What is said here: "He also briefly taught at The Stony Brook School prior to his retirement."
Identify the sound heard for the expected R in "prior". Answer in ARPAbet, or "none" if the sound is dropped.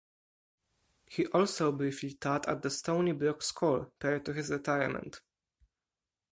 none